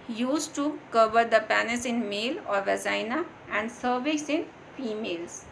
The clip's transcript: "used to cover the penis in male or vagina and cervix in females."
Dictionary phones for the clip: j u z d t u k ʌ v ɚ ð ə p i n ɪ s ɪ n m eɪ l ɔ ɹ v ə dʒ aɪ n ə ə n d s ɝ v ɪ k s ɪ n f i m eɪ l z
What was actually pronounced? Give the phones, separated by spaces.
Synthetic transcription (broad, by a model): j u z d t u k ʌ v ɚ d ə p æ n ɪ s ɪ n m eɪ l ɔ ɹ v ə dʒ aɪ n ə ə n d s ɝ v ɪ s ɪ n f i m eɪ l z